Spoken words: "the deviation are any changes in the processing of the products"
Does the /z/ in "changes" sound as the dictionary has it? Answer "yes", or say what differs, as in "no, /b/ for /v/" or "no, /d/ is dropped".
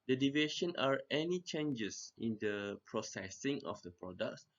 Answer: no, /s/ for /z/